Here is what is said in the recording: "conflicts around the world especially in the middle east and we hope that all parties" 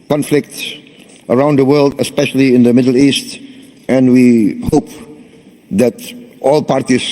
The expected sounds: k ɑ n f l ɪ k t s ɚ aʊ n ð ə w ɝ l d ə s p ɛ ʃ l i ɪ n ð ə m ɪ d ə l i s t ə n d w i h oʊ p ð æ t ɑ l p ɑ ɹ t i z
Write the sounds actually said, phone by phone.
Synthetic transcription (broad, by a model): k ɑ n f l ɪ k t s ɚ aʊ n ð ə w ɝ l d ə s p ɛ ʃ l i ɪ n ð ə m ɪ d l i s t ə n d w i h oʊ p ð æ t ɑ l p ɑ ɹ t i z